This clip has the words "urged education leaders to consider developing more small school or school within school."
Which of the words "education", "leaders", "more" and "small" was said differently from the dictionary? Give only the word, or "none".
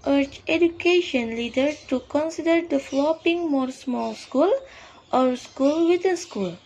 leaders